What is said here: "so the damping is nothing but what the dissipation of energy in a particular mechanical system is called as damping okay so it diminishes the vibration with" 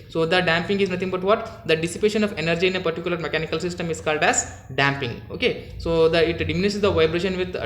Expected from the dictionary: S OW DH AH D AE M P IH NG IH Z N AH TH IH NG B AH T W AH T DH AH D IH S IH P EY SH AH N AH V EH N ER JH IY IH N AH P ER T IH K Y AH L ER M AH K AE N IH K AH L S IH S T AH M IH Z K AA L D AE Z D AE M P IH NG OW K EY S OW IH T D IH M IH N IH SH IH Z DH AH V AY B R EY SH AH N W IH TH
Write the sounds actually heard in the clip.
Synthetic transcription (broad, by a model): S OW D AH D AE M P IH NG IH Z N AH T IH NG B AH T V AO T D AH D IH S IH P EY SH AH N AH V EH N ER JH IY IH N AH P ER T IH K Y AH L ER M AH K AE N IH K AH L S IH S T AH M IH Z K AA L D AE Z D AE M P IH NG OW K EY S OW IH T D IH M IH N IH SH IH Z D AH V AY B R EY SH AH N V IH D